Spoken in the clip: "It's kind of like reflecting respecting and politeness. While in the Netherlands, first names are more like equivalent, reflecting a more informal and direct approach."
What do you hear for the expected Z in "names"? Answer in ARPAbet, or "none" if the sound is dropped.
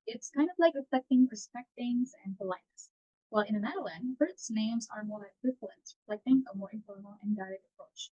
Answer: Z